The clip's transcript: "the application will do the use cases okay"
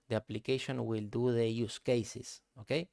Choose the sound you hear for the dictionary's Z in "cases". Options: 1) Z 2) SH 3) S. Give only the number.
3